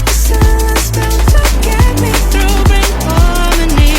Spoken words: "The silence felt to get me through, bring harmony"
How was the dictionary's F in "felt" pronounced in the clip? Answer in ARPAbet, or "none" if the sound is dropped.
P